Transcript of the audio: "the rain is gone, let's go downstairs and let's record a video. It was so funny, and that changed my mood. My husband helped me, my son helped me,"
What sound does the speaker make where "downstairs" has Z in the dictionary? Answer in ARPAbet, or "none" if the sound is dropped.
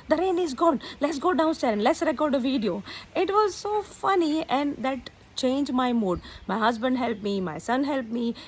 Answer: none